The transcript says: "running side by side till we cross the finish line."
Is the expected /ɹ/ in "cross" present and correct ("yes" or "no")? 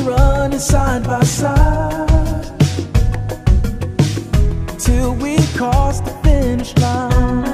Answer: no